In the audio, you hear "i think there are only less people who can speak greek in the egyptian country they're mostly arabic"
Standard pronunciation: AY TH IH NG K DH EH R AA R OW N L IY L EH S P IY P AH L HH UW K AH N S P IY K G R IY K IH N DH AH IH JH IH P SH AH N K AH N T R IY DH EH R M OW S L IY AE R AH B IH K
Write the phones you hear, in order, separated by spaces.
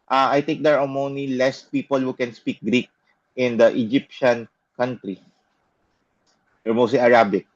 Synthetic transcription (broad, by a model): AY T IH NG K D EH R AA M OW N IY L EH S P IY P AH L HH UW K AH N S P IY K G R IY K IH N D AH IH JH IH P SH AH N K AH N T R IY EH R M OW S L IY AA R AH B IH K